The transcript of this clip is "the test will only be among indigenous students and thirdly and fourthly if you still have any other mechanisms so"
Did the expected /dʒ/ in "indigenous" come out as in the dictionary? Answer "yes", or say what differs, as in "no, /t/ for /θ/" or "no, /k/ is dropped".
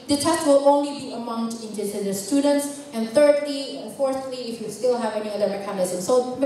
no, /z/ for /dʒ/